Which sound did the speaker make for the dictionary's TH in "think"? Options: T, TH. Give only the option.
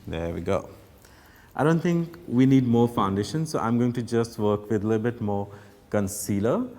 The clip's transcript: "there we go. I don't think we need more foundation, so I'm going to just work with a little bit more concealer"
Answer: T